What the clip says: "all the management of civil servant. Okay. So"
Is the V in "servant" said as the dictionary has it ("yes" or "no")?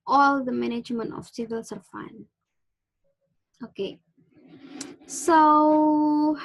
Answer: no